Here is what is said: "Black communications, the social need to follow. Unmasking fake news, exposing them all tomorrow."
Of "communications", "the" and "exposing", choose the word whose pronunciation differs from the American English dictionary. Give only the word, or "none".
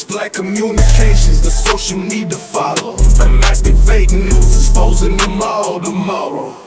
exposing